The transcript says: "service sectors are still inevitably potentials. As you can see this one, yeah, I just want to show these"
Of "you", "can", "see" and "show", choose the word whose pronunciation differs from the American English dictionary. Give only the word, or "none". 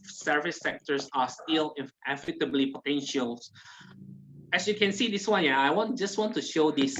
none